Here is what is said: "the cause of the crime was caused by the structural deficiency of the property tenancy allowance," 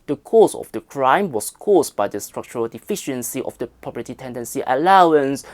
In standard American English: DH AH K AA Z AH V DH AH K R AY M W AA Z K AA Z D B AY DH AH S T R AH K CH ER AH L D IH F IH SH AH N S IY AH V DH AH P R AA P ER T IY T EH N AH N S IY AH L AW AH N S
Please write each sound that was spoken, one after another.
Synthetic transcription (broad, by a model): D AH K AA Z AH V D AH K R AY M W AA S K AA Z B AY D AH S T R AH K CH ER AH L D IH F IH SH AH N S IY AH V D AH P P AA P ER T IY T EH N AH N S IY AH L AW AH N S